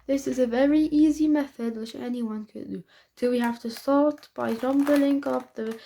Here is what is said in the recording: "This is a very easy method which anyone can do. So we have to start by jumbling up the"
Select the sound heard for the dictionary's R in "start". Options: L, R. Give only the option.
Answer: L